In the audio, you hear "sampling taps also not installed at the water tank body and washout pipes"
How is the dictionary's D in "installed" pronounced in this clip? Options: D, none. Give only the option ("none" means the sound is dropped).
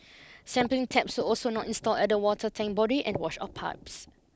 none